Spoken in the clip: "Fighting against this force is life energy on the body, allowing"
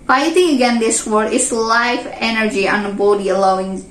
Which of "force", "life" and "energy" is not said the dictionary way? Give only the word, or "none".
force